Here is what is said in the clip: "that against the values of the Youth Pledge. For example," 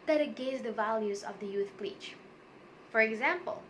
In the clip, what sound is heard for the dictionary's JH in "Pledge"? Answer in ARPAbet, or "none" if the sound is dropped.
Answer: CH